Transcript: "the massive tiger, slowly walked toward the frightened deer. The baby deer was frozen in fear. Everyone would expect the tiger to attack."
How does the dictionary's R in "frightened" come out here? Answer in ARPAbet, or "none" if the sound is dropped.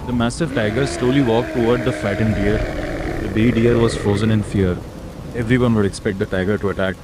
none